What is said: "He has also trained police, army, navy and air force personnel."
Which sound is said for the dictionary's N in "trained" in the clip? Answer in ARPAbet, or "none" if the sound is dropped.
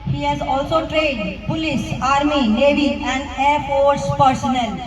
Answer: none